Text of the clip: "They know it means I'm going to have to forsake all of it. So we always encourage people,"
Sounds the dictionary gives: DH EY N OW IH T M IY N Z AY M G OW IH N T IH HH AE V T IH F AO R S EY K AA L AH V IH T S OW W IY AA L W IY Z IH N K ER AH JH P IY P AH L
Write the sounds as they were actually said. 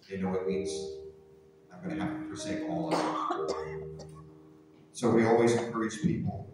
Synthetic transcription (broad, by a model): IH N OW IH T M IY N Z AY M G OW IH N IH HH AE F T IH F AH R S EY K AA L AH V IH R S OW W IY AA L W IY Z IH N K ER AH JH P IY P L